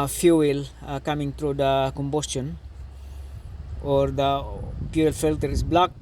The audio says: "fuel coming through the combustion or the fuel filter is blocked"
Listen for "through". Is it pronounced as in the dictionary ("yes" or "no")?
no